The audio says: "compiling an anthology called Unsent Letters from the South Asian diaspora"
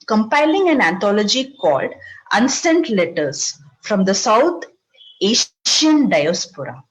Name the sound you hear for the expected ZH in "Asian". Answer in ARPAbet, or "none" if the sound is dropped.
SH